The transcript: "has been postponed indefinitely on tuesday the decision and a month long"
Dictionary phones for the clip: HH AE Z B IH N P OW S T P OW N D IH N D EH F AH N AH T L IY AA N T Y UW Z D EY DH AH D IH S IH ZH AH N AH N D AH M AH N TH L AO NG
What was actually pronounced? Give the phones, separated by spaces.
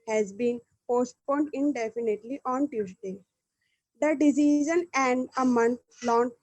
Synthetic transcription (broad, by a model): HH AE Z B IH N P OW S T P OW N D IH N D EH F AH N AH T L IY AA N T Y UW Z D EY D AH D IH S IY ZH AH N AH N D AH M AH N T L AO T